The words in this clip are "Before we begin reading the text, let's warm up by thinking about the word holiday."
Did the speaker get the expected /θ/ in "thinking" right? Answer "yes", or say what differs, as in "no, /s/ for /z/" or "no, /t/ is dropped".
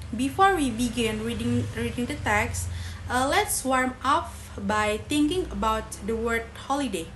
no, /t/ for /θ/